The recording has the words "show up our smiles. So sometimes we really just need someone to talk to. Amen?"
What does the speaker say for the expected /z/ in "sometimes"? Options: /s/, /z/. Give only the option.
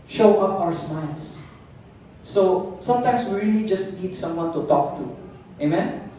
/s/